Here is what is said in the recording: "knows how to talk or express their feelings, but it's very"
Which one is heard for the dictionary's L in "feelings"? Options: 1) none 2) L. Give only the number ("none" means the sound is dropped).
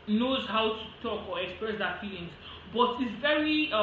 1